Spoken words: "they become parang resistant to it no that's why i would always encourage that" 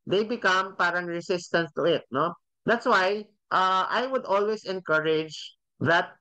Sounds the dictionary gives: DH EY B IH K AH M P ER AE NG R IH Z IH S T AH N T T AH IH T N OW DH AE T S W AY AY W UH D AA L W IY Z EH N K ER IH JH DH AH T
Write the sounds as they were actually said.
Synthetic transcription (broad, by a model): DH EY B IH K AH M P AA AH NG R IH S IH S T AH N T T AH IH T N OW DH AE T S W AY AY W UH D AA L W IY S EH N K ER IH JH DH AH T